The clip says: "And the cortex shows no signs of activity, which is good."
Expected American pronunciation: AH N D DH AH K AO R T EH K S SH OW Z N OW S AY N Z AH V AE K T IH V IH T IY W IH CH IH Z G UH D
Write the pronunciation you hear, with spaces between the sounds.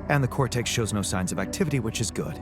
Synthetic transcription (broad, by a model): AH N DH AH K AO R T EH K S SH OW Z N OW S AY N Z AH V AE K T IH V IH T IY W IH CH IH Z G UH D